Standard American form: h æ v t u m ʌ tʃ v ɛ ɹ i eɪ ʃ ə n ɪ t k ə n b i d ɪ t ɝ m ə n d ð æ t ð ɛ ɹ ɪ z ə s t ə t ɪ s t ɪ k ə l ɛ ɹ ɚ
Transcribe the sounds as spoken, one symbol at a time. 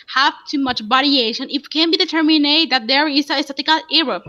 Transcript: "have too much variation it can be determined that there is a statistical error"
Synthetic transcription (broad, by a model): h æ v t u m ʌ tʃ b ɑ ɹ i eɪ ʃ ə n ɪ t k ə n b i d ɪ t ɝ m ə n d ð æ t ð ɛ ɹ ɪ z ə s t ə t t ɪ k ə l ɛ ɹ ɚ